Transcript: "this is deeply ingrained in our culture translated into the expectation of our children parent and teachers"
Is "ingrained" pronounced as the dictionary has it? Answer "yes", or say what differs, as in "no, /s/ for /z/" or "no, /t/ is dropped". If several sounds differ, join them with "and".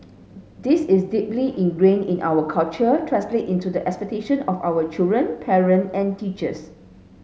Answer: no, /d/ is dropped